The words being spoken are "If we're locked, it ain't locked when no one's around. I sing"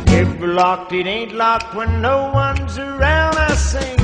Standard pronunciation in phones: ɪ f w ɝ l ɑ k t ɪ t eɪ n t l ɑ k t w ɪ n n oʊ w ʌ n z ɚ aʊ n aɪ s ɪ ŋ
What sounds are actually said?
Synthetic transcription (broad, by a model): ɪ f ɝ l ɑ k t ɪ t eɪ n t l ɑ k t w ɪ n n oʊ w ʌ n z ɚ aʊ n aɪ s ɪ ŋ